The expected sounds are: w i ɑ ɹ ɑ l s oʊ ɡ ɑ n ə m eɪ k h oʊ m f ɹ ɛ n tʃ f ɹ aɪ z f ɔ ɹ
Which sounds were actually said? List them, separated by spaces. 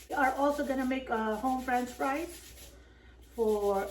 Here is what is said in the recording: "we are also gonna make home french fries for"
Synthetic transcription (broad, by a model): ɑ ɹ ɑ l s oʊ ɡ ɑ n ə m eɪ k h oʊ m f ɹ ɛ n s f ɹ aɪ s f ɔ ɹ